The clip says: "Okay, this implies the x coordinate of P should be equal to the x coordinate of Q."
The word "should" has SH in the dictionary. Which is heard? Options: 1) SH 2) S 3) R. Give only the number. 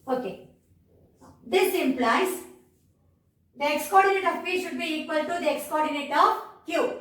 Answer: 1